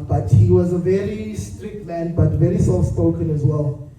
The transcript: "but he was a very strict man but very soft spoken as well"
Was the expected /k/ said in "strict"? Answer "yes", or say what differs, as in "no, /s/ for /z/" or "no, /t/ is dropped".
yes